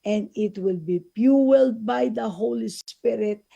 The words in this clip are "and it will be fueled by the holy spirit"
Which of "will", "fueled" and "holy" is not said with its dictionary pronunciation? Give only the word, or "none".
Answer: fueled